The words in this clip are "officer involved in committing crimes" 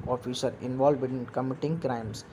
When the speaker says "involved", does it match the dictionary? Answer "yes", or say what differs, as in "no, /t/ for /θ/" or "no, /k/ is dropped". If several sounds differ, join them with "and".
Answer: no, /d/ is dropped